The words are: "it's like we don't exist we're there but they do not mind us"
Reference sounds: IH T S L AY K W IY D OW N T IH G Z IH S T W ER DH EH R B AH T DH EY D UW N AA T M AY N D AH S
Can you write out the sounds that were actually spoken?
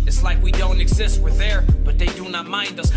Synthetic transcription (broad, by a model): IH T S L AY K W IY D OW N T IH G Z IH S T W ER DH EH R B AH T DH EY D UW N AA T M AY N D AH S